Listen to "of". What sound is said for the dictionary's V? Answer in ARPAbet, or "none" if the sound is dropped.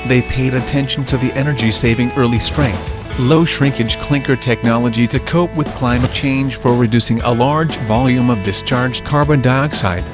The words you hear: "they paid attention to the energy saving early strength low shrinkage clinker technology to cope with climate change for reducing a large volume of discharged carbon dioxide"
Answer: V